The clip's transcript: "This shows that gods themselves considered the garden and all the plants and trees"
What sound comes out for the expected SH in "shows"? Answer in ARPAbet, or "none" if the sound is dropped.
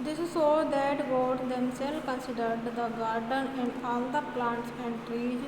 S